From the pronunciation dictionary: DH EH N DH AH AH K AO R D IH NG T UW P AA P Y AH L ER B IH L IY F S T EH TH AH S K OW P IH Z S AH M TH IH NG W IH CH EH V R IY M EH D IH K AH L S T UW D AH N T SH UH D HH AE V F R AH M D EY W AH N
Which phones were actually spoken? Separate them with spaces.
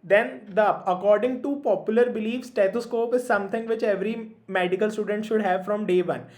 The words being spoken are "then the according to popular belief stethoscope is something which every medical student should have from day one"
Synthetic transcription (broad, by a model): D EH N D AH AH K AO R D IH NG T UW P AA P Y AH L ER B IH L IY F S T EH T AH S K OW P IH Z S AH M T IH NG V IH CH EH V R IY M EH D IH K AH L S T UW D AH N T SH UH D HH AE V F R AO M D EY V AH N